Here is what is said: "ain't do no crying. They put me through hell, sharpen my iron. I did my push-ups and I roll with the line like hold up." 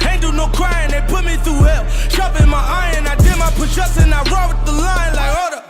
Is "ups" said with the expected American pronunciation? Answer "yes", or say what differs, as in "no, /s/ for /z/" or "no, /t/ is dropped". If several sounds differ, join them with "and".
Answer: no, /p/ is dropped